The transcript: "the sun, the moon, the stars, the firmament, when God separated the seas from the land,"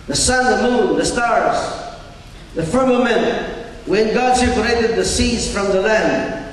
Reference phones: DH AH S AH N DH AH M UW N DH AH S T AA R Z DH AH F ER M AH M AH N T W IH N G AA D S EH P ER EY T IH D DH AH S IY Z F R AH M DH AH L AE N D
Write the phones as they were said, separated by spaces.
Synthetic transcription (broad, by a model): DH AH S AH N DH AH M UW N DH AH S T AA R Z DH AH F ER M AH M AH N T W IH N G AA D S EH P ER EY T IH D DH AH S IY Z F R AH M DH AH L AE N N